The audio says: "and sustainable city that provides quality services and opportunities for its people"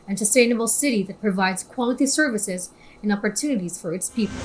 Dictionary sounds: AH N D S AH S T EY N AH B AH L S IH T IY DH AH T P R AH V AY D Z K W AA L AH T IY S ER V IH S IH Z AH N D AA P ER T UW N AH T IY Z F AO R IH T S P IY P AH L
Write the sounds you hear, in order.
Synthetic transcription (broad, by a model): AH N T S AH S T EY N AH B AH L S IH T IY DH AH T P R AH V AY D Z K W AA L AH T IY S ER V IH S IH Z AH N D AA P ER T UW N AH T IY Z F AO R IH T S P IY P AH L